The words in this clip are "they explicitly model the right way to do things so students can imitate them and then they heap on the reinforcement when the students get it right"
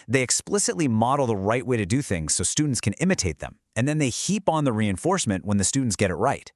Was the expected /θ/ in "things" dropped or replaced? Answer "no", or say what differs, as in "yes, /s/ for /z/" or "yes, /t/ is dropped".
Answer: no